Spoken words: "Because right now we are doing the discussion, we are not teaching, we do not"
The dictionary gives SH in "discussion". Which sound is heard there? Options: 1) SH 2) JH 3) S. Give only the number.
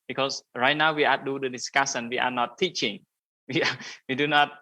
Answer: 3